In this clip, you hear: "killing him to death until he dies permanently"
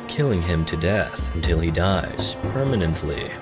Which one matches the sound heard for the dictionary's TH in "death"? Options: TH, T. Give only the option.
TH